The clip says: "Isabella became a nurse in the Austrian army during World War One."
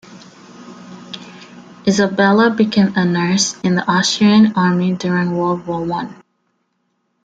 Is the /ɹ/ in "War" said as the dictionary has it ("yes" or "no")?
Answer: no